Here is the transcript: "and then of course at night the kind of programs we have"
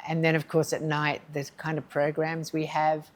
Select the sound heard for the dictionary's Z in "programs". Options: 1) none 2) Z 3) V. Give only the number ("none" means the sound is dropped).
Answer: 2